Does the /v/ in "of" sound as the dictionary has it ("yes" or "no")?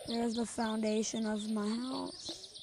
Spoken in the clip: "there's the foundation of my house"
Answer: yes